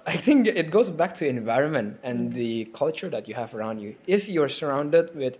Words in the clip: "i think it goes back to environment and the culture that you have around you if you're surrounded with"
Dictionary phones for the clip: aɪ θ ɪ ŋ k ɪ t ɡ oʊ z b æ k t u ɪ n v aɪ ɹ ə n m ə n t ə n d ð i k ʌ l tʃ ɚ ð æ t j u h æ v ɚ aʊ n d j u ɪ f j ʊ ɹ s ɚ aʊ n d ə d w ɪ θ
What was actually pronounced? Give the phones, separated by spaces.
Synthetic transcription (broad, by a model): aɪ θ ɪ ŋ k ɪ t ɡ oʊ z b æ k t u ɪ n v aɪ ɹ ə n m ə n t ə n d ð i k ʌ l tʃ ɚ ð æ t j u h æ v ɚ aʊ n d j u ɪ f j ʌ ɹ s ɚ aʊ n d ə d w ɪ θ